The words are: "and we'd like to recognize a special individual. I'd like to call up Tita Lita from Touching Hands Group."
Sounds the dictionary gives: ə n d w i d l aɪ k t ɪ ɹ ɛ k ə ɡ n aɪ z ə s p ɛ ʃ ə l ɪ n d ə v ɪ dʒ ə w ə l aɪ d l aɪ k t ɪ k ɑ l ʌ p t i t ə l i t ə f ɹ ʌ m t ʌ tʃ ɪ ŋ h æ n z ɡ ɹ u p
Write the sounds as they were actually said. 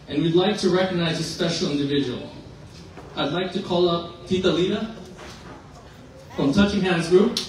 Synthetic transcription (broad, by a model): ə n w i d l aɪ k t ɪ ɹ ɛ k ə ɡ n aɪ z ə s p ɛ ʃ l ɪ n d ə v ɪ dʒ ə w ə l aɪ d l aɪ k t ɪ k ɑ l ʌ p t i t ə l i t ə f ɹ ʌ m t ʌ tʃ ɪ ŋ h æ n z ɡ ɹ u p